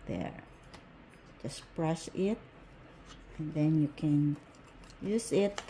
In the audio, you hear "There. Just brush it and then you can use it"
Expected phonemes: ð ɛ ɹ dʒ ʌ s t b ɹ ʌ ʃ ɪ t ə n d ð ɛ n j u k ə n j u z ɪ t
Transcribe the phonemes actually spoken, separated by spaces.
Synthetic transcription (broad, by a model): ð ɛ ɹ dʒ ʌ s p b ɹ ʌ s ɪ t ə n ð ɛ n j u k ə n j u z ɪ t